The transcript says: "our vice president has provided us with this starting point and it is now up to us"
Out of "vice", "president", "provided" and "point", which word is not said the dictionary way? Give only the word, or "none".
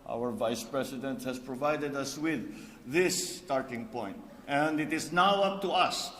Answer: president